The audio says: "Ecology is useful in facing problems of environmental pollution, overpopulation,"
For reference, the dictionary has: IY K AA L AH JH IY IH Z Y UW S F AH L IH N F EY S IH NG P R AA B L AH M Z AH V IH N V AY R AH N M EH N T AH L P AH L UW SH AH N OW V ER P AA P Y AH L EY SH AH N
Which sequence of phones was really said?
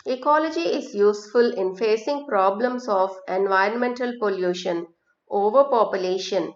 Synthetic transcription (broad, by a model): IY K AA L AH JH IY IH Z Y UW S F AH L IH N F EY S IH NG P R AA B L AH M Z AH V IH N V AY R AH N M EH N T AH L P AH L UW SH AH N OW V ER P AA P Y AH L EY SH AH N